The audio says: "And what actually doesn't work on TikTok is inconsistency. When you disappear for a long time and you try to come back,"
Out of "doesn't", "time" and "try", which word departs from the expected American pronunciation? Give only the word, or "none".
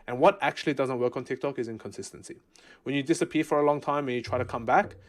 none